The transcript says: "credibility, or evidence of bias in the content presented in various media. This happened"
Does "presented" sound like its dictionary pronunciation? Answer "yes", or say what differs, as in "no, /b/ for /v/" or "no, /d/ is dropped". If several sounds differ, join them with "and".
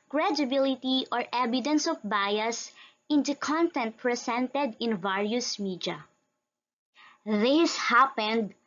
no, /s/ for /z/